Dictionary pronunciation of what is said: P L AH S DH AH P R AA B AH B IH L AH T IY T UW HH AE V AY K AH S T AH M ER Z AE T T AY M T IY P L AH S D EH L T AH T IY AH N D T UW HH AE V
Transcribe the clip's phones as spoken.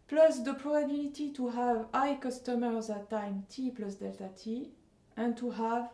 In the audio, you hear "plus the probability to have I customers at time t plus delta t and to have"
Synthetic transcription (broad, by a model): P L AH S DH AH P R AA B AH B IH L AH T IY T UW HH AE V AY K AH S T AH M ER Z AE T T AY M T IY P L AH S D EH L T AH T IY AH N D T UW HH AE V